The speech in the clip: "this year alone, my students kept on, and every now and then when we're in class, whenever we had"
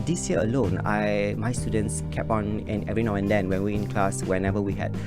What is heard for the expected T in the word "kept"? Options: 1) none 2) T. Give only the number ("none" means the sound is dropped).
1